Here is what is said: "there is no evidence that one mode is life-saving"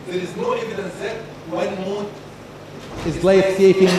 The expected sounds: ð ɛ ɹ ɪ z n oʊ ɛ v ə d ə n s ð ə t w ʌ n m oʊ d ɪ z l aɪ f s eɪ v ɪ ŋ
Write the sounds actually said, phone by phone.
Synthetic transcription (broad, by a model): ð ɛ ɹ ɪ z n oʊ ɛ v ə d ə n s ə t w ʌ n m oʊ ɪ z l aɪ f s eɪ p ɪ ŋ